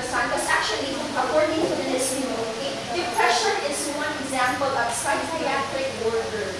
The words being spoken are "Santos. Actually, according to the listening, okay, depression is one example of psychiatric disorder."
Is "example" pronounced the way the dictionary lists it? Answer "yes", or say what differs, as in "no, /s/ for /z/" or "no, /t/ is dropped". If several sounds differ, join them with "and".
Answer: yes